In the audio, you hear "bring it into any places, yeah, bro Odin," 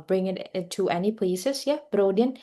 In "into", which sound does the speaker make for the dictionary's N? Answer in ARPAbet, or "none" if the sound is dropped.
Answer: none